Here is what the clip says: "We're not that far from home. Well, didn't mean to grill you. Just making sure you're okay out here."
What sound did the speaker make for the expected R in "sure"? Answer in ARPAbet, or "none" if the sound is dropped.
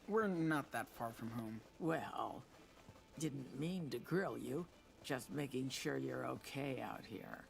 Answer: R